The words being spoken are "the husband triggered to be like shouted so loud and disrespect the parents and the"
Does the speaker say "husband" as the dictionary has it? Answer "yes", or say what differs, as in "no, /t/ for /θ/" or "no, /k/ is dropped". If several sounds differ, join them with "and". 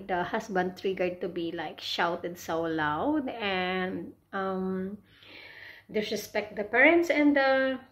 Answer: no, /s/ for /z/